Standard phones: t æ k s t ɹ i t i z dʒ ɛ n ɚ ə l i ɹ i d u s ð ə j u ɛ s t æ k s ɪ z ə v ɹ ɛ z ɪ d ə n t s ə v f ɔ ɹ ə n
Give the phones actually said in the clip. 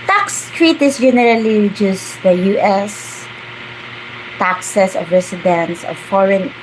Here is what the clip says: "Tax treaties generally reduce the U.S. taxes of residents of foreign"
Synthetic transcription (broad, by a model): t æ k s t ɹ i t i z dʒ ɛ n ɚ ə l i ɹ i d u s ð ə j u ɛ s t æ k s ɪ s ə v ɹ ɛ s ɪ d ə n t s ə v f ɔ ɹ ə n